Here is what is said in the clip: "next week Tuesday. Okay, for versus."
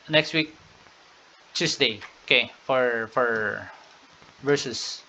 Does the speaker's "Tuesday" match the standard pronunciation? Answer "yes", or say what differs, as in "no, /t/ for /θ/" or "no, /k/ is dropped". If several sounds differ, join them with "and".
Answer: no, /s/ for /z/